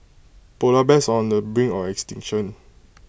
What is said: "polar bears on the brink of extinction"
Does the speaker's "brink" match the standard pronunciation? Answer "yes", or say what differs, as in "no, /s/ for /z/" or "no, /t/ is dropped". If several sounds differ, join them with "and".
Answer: no, /k/ is dropped